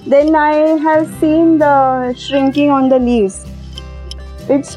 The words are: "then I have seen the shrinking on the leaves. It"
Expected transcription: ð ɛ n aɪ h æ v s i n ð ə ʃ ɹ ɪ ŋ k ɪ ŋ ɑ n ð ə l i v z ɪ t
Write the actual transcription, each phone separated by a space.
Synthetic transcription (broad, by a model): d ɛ n aɪ h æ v s i n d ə ʃ ɹ ɪ ŋ k ɪ ŋ ɑ n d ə l i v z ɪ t